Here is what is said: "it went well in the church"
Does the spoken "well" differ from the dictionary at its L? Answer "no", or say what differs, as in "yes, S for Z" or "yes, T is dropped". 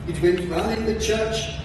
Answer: yes, N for L